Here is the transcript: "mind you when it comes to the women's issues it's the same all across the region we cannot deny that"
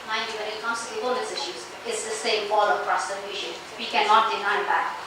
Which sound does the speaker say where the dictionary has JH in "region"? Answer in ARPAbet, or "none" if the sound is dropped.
SH